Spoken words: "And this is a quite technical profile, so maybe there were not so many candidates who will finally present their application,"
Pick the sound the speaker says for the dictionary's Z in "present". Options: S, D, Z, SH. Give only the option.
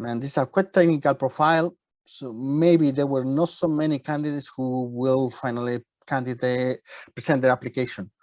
S